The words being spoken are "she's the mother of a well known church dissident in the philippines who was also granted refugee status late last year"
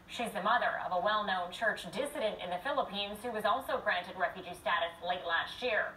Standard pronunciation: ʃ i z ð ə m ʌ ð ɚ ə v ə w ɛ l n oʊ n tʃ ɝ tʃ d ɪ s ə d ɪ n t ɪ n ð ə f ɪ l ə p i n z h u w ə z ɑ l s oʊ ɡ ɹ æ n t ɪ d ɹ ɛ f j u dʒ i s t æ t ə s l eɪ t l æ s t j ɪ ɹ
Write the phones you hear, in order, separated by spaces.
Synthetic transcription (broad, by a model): ʃ i z ð ə m ʌ ð ɚ ə v ə w ɛ l n oʊ n tʃ ɝ tʃ d ɪ s ə d ɪ n t ɪ n ð ə f ɪ l ə p i n z h u w ə z ɑ l s oʊ ɡ ɹ æ n t ɪ d ɹ ɛ f j u dʒ i s t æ t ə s l eɪ t l æ s t j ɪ ɹ